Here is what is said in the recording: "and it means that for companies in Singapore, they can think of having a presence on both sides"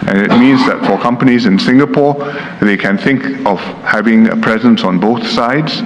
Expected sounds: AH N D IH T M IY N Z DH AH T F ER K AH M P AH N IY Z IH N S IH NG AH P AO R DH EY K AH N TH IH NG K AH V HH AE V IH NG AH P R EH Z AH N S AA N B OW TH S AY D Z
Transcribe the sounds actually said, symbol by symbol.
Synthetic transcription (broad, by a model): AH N IH T M IY N Z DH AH T F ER K AH M P AH N IY Z IH N S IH NG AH P AO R DH EY K AH N TH IH NG K AH V HH AE V IH NG AH P R EH Z AH N S AA N B OW TH S AY D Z